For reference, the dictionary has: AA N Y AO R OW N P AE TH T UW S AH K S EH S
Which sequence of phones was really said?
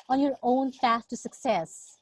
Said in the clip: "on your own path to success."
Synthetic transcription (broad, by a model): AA N Y AO R OW N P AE S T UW S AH K S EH S